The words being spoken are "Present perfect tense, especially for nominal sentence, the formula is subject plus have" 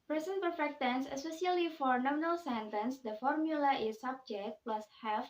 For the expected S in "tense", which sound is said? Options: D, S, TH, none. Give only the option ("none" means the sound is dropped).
S